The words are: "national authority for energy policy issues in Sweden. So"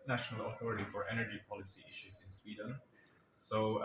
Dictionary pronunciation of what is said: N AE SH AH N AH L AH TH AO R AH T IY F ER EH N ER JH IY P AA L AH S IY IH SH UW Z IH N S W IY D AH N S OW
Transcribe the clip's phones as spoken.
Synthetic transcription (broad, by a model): N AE SH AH N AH L AH TH AO R AH T IY F ER EH N ER JH IY P AA L AH S IY IH SH UW Z IH N S W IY D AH N S OW